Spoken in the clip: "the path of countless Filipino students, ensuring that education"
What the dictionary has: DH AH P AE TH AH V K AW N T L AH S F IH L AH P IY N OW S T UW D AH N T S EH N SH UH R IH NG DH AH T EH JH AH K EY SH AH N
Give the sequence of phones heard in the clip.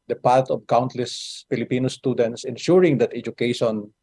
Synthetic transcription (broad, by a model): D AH P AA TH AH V K AW N T L AH S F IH L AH P IY N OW S T UW D AH N T S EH N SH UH R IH NG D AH T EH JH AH K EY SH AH N